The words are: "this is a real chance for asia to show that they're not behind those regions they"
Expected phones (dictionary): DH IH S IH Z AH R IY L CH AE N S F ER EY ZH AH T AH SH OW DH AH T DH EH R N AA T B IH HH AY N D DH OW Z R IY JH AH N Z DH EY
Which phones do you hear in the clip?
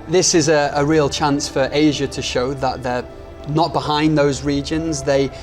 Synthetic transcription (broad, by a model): DH IH S IH Z AH R IY L CH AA N S F ER EY ZH AH T AH SH OW DH AH T DH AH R N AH T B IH HH AY N DH OW Z R IY JH AH N Z DH EY